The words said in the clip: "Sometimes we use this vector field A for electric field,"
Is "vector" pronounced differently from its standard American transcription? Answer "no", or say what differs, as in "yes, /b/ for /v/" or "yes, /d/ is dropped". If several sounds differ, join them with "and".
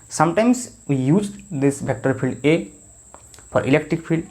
yes, /b/ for /v/